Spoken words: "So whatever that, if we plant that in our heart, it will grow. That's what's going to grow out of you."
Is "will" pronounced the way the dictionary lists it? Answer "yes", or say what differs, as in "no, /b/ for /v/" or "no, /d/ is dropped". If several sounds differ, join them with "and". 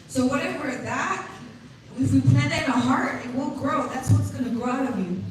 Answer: no, /n/ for /l/